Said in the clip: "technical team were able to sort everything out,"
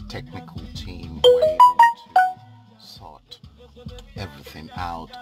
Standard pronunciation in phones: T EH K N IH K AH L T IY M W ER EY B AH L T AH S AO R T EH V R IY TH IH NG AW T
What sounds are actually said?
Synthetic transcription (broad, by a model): T EH K N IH K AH L T IY M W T S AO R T EH V R IY TH IH NG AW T